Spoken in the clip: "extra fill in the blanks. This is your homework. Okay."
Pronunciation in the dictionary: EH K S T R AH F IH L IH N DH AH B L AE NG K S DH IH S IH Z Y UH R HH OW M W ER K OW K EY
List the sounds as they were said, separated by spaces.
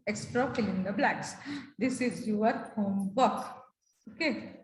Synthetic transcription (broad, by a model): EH K S T R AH F IH L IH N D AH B L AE K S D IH S IH Z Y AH R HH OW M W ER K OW K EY